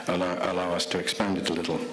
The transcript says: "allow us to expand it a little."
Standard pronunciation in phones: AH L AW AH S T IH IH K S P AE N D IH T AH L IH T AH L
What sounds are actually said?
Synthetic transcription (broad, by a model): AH L AW AH S T IH IH K S P AE N D IH T AH L IH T L